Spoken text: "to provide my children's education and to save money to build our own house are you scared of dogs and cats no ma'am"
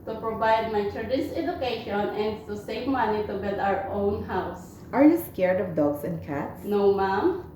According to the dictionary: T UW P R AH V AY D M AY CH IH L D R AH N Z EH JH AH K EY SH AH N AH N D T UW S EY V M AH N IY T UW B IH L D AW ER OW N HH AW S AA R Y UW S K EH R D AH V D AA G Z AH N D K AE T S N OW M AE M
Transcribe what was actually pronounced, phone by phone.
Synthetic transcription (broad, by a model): T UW P R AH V AY D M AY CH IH D AH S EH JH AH K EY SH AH N AH N D T UW S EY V M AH N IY T UW B IH L D AW ER OW N HH AW S AA R Y UW S K EH R D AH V D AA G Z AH N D K AE T S N OW M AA M